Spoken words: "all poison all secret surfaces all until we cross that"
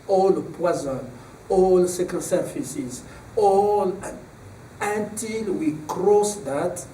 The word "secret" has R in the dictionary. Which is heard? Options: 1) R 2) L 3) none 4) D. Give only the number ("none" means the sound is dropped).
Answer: 3